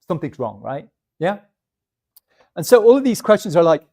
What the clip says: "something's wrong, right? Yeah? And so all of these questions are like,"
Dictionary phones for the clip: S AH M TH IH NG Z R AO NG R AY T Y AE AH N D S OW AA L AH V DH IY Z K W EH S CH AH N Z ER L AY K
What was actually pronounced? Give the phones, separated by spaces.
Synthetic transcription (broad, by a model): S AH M TH IH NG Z R AO NG R AY T Y AE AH N S OW AA L AH V DH IY Z K W EH S CH AH N Z ER L AY K